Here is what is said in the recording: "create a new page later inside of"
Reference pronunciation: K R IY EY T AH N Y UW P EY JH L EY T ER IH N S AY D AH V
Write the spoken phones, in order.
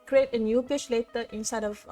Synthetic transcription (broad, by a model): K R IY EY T AH N Y UW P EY SH L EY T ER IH N S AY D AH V